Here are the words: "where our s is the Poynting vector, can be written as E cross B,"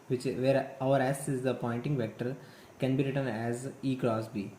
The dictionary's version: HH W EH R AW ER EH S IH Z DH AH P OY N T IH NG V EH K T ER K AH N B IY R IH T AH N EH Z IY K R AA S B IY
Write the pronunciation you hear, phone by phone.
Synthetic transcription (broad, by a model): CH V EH R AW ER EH S IH Z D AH P OY N T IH NG V EH K T ER K AH N B IY R IH T AH N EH Z IY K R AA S B IY